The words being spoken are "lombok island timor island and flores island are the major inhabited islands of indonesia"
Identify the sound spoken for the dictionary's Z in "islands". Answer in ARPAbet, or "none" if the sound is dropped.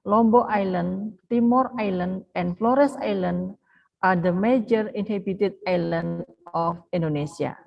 none